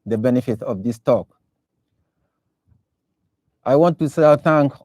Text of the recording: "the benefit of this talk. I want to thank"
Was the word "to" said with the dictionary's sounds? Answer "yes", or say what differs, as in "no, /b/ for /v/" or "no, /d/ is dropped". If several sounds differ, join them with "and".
no, /s/ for /t/